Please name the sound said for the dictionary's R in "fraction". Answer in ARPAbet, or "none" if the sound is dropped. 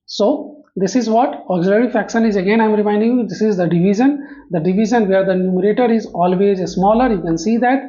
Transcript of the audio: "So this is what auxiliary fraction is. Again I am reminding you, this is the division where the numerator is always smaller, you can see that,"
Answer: none